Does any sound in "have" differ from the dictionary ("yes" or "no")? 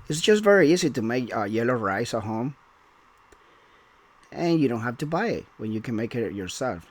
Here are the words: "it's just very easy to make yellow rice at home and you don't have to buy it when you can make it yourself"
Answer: yes